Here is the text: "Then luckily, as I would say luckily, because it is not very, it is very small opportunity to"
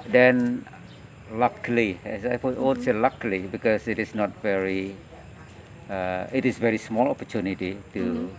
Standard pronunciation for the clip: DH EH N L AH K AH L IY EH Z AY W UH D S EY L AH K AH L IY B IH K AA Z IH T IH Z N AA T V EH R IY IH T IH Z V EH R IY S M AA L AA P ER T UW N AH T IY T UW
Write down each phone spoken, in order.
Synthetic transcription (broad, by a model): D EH N L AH K L IY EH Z AY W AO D S EY L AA K L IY B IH K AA S IH T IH S N AA T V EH R IY IH T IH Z V EH R IY S M AA L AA P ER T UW N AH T IY T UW